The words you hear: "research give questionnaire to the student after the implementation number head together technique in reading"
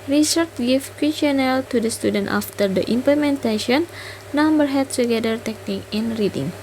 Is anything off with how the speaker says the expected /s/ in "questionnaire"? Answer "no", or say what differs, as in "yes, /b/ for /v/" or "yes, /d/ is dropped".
yes, /s/ is dropped